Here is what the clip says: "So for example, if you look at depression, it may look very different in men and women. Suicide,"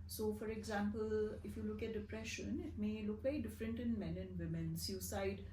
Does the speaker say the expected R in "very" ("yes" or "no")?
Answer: no